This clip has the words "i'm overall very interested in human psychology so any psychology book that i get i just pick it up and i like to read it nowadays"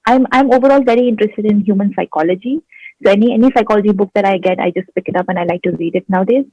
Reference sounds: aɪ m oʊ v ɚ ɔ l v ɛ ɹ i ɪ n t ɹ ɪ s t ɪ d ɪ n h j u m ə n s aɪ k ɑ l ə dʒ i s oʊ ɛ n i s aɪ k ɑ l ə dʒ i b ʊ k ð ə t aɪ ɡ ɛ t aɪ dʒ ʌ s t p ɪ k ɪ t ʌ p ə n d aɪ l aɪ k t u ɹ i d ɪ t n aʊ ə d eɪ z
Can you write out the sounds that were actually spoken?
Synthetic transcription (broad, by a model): aɪ m oʊ v ɚ ɔ l v ɛ ɹ i ɪ n t ɹ ɪ s t ɪ d ɪ n h j u m ə n s aɪ k ɑ l ə dʒ i s oʊ ɛ n i s aɪ k ɑ l ə dʒ i b ʊ k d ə t aɪ ɡ ɛ t aɪ dʒ ʌ s t p ɪ k ɪ t ʌ p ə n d aɪ l aɪ k t u ɹ i d ɪ t n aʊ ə d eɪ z